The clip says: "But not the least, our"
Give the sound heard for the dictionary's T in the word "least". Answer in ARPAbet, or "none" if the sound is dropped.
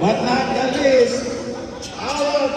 none